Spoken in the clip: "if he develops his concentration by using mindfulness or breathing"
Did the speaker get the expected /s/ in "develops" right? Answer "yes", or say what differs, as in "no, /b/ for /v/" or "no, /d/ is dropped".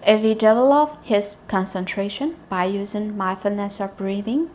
no, /s/ is dropped